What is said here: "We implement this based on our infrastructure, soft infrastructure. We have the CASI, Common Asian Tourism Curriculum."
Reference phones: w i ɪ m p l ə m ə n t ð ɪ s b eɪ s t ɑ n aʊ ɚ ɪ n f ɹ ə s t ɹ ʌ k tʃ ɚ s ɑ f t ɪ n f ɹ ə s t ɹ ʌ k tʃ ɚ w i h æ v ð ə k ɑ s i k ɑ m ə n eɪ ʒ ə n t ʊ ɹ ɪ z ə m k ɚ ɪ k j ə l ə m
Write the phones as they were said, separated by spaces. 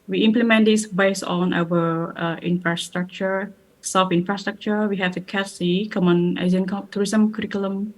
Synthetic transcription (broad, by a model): w i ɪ m p l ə m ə n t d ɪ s b eɪ s t ɑ n aʊ ɚ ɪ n f ɹ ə s t ɹ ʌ k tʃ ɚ s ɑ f ɪ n f ɹ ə s t ɹ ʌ k tʃ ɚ w i h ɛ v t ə k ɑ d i k ɑ m ə n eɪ z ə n t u ɹ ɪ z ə m k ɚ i k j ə l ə m